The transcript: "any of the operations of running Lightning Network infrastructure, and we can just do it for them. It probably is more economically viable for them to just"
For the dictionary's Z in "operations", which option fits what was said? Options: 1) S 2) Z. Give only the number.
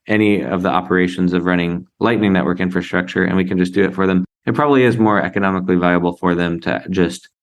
2